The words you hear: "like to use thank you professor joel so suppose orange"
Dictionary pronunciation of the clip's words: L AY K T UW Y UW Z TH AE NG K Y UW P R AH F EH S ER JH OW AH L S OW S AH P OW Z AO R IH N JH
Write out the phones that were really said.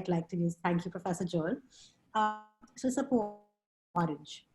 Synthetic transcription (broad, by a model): L AY K T UW Y UW Z T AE NG K Y UW P R AH F EH S ER JH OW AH S OW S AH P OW AO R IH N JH